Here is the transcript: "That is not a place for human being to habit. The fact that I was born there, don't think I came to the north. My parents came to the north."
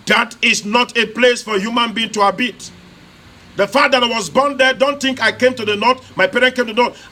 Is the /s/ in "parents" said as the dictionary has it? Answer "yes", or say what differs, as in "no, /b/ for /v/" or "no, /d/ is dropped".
no, /s/ is dropped